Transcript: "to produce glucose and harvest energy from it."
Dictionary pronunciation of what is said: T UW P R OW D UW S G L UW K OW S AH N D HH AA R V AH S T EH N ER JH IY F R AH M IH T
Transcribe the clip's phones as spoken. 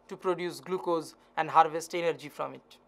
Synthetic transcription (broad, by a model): T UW P R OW D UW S G L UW K OW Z AH N D HH AA R V AH S T EH N ER JH IY F R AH M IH T